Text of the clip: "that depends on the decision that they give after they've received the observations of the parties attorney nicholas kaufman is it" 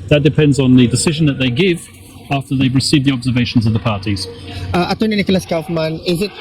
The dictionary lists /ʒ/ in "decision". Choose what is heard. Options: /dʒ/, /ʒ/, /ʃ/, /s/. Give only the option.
/ʒ/